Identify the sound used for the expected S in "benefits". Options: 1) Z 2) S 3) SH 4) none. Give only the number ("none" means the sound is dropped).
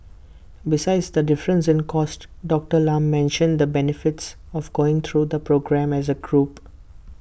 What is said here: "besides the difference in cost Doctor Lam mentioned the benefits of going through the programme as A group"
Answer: 2